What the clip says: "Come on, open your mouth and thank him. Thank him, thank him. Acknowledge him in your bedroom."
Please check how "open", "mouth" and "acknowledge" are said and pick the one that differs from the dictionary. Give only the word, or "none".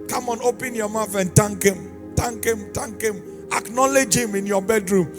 mouth